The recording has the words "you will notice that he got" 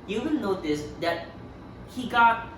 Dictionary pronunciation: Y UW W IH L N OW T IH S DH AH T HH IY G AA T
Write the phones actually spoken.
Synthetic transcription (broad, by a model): Y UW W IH N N OW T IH S DH AH T HH IY G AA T